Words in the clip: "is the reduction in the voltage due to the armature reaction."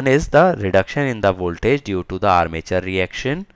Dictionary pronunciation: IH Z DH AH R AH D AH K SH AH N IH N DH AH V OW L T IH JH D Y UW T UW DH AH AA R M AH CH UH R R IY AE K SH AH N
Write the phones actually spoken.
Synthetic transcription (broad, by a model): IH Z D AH R AH D AH K SH AH N IH N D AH V OW L T IH JH D Y UW T UW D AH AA R M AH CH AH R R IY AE K SH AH N